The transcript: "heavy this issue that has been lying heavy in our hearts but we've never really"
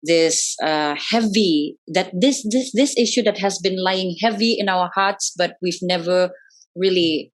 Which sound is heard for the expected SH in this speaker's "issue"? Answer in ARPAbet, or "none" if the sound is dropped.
SH